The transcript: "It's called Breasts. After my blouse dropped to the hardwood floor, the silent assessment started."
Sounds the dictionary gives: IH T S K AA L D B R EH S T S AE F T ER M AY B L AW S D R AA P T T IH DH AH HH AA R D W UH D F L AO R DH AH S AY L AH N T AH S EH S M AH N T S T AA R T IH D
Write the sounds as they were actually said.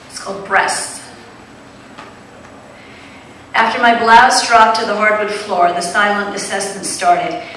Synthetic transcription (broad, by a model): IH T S K AA L D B R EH S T AE F T ER M AY B L AW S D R AA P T T IH DH AH HH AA R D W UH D F L AO R DH AH S AY L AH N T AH S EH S AH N S T AA R T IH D